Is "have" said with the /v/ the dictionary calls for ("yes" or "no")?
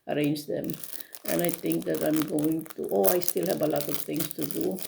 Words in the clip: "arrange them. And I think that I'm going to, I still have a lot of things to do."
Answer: no